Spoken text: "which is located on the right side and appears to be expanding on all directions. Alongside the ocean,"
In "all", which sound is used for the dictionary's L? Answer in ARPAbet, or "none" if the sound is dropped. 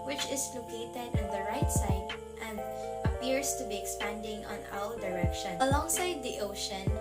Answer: W